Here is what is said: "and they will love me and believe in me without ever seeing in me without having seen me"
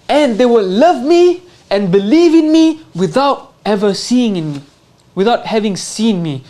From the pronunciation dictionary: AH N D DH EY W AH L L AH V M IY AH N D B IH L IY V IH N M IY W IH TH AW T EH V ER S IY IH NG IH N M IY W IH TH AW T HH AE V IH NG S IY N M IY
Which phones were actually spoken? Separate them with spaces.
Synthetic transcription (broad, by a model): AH N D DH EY W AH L L AH V M IY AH N B IH L IY V IH N M IY W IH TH AW T EH V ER S IY IH NG IH N M IY W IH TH AW T HH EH V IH NG S IY N M IY